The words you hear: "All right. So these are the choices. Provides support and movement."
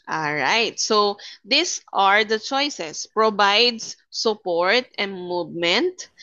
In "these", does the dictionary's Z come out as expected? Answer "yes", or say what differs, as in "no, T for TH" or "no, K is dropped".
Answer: no, S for Z